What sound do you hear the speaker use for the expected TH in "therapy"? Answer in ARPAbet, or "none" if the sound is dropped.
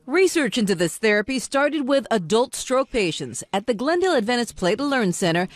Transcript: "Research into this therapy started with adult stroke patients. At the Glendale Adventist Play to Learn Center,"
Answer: TH